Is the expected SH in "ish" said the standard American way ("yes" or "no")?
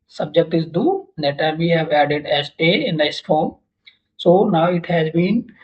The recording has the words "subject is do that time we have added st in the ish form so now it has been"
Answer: no